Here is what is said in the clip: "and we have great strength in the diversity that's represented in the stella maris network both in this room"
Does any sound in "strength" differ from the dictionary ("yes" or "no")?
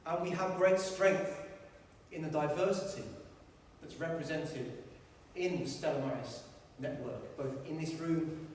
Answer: no